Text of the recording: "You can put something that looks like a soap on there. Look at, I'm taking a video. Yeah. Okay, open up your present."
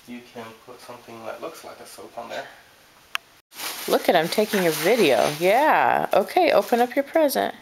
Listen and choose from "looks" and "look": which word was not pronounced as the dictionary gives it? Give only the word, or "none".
none